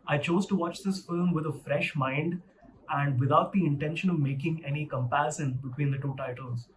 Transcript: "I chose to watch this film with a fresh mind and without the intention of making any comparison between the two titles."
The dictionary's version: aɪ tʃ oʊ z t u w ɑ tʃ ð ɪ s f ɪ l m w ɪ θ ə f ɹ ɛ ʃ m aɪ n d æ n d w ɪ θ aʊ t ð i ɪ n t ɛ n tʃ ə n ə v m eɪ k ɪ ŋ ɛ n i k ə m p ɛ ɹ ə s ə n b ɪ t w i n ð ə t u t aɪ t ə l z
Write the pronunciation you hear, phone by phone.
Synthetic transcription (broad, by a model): aɪ tʃ oʊ z t u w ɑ tʃ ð ɪ s f ɪ l m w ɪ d ə f ɹ ɛ ʃ m aɪ n d æ n d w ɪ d aʊ t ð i ɪ n t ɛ n ʃ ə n ə v m eɪ k ɪ ŋ ɛ n i k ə m p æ ɹ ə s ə n b ɪ t w i n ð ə t u t aɪ t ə l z